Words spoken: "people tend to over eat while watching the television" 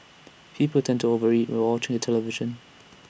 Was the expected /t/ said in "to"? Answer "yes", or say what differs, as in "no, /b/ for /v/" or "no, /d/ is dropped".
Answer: yes